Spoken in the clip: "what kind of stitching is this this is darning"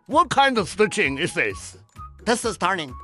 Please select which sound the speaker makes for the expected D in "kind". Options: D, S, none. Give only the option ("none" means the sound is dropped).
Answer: D